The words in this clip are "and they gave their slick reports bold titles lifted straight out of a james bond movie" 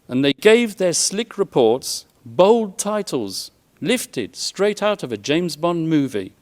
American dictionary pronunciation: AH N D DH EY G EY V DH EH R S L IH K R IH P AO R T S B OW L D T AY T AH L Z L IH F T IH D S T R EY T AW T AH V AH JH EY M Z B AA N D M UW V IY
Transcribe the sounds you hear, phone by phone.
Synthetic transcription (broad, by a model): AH N DH EY G EY V DH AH R S L IH K R IH P AO R T S B OW L D T AY T L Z L IH F T IH D S T R EY T AW T AH V AH JH EY M Z B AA N M UW V IY